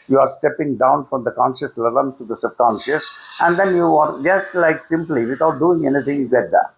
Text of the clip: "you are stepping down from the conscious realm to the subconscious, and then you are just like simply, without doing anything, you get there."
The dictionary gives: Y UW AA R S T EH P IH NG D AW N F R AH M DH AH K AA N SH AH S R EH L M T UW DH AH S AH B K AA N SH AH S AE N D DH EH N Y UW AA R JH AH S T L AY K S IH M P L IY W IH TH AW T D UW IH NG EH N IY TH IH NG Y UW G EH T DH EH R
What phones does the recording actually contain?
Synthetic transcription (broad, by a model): Y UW AA R S T EH P IH NG D AW N F R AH M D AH K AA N SH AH S L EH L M T UW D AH S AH B K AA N SH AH S AE N D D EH N Y UW AA R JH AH S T L AY K S IH M P L IY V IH T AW T D UW IH NG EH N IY T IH NG Y UW G EH T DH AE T